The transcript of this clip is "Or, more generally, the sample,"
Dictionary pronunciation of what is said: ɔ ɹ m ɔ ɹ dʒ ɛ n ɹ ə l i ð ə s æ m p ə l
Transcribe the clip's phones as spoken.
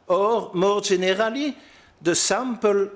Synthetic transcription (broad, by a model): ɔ ɹ m ɔ ɹ ʒ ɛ n ɹ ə l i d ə s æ m p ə l